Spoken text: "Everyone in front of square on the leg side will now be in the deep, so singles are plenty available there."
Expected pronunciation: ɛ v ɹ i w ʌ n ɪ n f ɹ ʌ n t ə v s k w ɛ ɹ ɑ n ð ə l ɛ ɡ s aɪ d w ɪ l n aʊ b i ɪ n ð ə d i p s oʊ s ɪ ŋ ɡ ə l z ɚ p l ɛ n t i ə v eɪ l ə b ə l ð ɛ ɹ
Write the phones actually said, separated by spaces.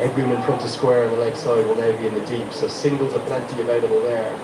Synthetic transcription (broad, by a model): ɛ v ɹ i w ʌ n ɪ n p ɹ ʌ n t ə s k w ɛ ɹ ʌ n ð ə l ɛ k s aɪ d w ɪ l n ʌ b i ɪ n ð ə d i p s oʊ s ɪ ŋ ɡ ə l ɚ p l ɛ n t i ə v eɪ l ə b ə l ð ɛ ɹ